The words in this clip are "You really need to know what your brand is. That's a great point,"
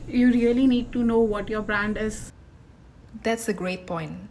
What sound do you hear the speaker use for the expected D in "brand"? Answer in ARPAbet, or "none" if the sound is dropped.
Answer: D